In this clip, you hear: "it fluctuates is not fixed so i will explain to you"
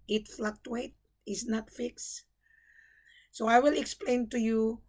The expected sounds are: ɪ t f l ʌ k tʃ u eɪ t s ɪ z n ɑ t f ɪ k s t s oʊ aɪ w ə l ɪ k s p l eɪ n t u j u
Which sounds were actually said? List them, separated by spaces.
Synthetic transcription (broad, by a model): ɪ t f l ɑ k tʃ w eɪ t ɪ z n ɑ t f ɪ k s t s oʊ aɪ w ə l ɪ k s p l eɪ n t u j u